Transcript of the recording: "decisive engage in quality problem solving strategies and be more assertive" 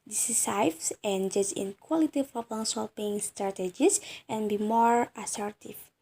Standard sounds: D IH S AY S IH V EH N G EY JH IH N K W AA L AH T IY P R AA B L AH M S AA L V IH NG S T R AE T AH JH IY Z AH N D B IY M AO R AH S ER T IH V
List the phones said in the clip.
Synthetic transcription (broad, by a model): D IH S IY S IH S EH N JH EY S IH N K W AA L AH T IY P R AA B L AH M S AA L P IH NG S T R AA T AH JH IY S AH N B IY M AO R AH S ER T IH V